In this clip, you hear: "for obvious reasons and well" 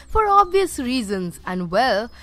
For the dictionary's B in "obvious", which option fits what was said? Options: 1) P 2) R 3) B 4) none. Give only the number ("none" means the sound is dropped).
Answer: 3